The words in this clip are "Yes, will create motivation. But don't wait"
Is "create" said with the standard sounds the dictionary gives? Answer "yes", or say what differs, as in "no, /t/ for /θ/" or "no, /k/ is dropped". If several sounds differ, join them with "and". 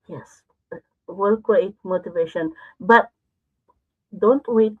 no, /w/ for /ɹ/